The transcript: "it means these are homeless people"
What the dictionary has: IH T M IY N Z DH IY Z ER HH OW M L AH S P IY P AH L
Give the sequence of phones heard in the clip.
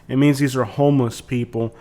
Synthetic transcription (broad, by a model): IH T M IY N Z DH IY Z ER HH OW M L AH S P IY P L